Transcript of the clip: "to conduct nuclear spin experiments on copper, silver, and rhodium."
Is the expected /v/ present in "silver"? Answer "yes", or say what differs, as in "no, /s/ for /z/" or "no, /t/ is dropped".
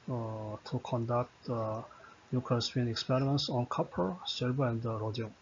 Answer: no, /b/ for /v/